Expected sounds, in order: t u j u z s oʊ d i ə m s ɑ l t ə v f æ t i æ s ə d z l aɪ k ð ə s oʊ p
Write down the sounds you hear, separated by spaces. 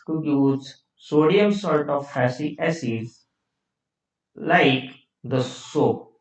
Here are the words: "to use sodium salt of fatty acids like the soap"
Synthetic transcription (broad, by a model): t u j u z s oʊ d i ə m s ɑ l t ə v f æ s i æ s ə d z l aɪ k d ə s oʊ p